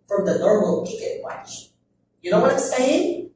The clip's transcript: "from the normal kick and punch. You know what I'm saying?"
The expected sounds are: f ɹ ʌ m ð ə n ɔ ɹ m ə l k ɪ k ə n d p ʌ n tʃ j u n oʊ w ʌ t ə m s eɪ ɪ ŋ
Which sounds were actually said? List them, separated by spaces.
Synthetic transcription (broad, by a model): f ɹ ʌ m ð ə n ɔ ɹ m ə l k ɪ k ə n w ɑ tʃ j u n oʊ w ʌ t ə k s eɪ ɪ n